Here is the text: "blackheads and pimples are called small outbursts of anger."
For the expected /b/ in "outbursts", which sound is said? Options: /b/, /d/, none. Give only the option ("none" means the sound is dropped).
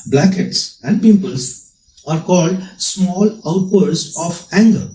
none